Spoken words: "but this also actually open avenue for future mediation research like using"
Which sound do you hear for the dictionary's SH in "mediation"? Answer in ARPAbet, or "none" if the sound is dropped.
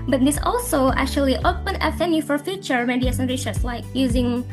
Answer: S